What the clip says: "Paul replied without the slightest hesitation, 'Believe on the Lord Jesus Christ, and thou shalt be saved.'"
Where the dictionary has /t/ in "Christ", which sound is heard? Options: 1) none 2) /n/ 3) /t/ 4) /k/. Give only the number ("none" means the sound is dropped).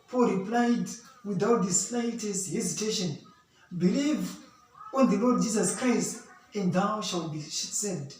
3